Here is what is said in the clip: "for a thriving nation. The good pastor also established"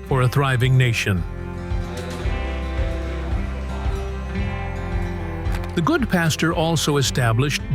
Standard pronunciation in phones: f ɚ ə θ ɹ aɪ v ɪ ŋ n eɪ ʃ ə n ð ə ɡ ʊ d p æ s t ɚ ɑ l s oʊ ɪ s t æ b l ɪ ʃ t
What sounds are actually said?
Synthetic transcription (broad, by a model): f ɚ ə θ ɹ aɪ v ɪ ŋ n eɪ ʃ ə n ð ə ɡ ʊ d p æ s t ɚ ɑ l s oʊ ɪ s t æ b l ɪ ʃ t